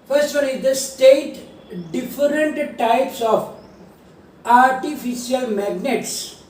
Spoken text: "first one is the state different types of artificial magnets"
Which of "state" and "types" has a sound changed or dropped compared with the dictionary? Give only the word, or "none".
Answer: none